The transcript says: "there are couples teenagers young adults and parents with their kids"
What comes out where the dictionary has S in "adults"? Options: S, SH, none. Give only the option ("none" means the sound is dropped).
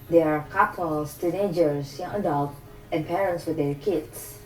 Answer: none